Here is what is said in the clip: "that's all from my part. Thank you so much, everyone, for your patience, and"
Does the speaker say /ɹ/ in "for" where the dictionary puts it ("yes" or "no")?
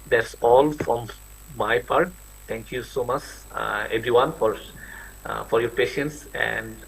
yes